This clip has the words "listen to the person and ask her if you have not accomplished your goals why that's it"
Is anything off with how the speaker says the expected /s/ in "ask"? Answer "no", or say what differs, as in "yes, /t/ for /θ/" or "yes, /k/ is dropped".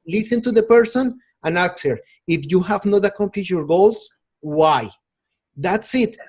yes, /s/ is dropped